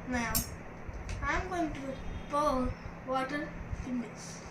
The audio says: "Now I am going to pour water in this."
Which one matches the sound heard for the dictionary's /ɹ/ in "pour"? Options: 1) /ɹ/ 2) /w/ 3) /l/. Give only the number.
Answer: 3